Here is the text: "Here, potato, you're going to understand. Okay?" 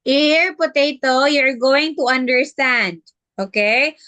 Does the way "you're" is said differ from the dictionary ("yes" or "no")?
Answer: no